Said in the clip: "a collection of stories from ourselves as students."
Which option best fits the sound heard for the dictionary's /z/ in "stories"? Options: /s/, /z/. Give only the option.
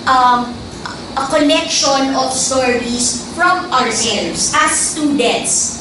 /s/